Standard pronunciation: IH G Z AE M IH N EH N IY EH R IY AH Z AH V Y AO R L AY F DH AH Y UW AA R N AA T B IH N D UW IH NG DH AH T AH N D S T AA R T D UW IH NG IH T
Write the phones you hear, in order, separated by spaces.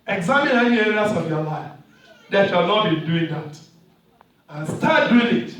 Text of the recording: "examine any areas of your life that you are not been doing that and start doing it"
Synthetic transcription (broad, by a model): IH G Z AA M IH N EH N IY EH R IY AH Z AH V Y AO L AY F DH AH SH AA L N AA T B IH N D UW IH NG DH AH T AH N S T AA T D UW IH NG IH T